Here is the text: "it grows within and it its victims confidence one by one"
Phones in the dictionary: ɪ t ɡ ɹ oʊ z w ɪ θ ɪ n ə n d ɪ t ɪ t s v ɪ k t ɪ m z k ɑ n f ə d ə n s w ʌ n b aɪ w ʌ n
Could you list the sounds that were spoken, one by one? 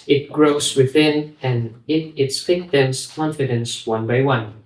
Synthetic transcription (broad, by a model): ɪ t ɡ ɹ oʊ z w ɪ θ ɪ n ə n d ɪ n ɪ t s f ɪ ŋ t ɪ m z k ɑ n f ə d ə n s w ʌ n b aɪ w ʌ n